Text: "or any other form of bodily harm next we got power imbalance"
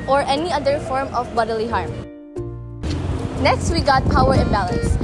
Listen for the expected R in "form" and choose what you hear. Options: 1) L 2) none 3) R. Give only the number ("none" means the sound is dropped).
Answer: 3